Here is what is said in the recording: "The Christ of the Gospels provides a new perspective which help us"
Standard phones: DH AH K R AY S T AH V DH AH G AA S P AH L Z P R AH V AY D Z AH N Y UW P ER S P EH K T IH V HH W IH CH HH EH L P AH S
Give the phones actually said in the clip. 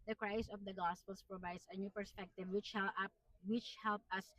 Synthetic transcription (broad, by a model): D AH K R AY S AH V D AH G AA S P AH L S P R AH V AY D S AH N Y UW P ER S P EH K T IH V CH W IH CH HH EH L P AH S